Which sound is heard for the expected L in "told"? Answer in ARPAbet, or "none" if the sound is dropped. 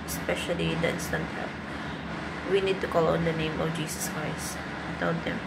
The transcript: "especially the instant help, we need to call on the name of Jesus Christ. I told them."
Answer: N